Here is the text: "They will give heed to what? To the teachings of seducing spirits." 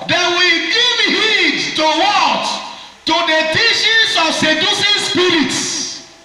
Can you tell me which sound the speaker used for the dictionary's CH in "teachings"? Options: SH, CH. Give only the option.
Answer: SH